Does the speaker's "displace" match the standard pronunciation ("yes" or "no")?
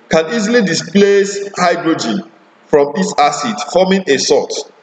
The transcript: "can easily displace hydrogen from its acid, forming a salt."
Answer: yes